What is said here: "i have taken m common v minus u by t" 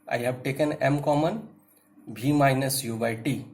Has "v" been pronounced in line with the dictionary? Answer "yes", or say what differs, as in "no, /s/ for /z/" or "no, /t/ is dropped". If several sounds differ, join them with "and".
no, /b/ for /v/